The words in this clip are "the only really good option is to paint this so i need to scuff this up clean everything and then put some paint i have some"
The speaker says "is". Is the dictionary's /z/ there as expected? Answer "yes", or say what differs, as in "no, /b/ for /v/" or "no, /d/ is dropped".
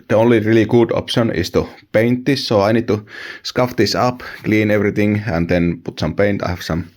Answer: no, /s/ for /z/